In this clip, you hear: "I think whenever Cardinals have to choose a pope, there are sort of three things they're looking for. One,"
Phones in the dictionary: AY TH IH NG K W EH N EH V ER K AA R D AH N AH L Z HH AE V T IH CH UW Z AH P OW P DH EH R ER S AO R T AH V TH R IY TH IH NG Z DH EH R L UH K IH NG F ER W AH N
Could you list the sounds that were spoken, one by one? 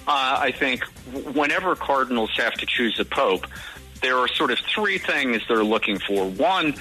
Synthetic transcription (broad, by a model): AY TH IH NG K W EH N EH V ER K AA R D N L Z HH AE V T IH CH UW Z AH P OW P DH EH R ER S AO R T AH V TH R IY TH IH NG Z DH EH R L UH K IH NG F ER W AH N